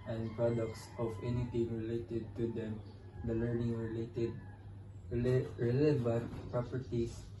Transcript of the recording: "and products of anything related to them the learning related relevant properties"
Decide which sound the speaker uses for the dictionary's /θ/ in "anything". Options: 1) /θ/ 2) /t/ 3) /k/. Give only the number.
2